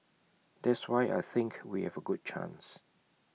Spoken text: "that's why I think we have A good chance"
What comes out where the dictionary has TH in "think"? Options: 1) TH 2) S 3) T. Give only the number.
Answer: 1